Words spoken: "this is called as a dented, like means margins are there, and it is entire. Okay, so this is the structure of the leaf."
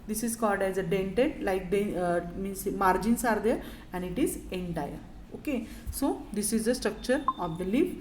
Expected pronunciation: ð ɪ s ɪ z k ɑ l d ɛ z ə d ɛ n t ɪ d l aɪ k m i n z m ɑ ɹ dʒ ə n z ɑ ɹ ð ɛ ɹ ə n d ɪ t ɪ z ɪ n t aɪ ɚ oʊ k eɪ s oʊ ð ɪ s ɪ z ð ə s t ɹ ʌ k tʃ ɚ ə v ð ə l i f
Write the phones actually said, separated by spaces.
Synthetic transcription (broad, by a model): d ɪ s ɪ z k ɑ l d ɛ z ə d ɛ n t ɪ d l aɪ k m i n s m ɑ ɹ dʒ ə n s ɑ ɹ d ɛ ɹ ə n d ɪ t ɪ z ɪ n t aɪ ɚ oʊ k eɪ s oʊ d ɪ s ɪ z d ə s t ɹ ʌ k tʃ ɚ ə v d ə l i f